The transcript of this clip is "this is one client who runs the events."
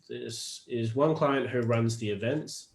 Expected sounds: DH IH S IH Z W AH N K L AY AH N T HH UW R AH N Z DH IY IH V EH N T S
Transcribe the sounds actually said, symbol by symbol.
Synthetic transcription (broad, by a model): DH IH S IH Z W AH N K L AY AH N T HH UW R AH N Z DH IY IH V EH N T S